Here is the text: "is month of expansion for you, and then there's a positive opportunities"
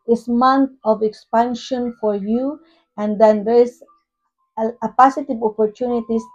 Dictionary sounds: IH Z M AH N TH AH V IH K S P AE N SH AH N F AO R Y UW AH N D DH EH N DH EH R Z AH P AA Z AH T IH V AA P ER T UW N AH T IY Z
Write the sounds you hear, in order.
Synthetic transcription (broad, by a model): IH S M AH N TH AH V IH K S P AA N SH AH N F AO R Y UW AH N D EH N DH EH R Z AH P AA S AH T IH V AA P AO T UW N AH T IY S